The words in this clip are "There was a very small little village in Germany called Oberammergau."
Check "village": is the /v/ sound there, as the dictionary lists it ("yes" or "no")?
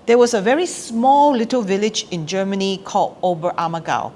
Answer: yes